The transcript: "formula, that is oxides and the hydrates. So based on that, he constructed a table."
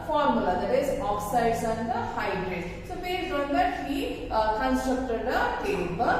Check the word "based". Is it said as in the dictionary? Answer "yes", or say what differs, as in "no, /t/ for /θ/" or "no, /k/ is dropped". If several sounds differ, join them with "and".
no, /s/ is dropped